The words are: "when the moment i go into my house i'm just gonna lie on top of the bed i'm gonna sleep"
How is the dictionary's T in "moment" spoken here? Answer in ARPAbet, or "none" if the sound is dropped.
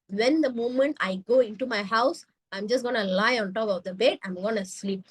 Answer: T